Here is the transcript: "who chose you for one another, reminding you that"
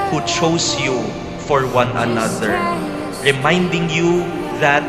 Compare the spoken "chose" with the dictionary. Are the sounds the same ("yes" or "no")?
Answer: no